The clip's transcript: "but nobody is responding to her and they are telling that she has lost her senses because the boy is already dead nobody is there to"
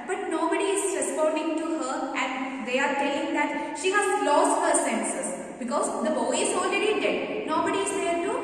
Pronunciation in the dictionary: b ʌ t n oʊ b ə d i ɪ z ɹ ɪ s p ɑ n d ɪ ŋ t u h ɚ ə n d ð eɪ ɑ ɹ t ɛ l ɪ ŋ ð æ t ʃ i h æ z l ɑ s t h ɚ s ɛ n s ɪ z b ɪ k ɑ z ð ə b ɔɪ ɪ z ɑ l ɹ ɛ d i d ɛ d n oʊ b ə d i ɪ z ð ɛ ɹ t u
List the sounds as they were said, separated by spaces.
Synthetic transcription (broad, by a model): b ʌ t n oʊ b ə d i ɪ z ɹ ɪ s p ɑ n d ɪ ŋ t u h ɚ ə n d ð eɪ ɑ ɹ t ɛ ɪ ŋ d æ t ʃ i h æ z l ɑ s t h ɚ s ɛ n s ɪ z b ɪ k ɑ z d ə b ɔɪ ɪ z ɑ l ɹ ɛ d i d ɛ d n oʊ b ə d i ɪ z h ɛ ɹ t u